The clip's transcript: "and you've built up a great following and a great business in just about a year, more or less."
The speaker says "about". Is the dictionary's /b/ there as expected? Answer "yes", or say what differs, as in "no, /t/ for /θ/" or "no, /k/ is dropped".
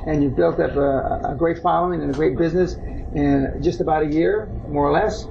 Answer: yes